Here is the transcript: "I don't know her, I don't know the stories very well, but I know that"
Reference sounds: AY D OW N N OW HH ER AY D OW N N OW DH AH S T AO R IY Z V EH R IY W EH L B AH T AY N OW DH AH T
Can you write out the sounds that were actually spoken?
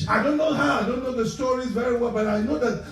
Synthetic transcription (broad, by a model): AY D OW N N OW HH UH AY D OW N N OW DH AH S T AO R IY Z V EH R IY W EH L B AH T AY N OW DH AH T